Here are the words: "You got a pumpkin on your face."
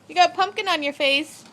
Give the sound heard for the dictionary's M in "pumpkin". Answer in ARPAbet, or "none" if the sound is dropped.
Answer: M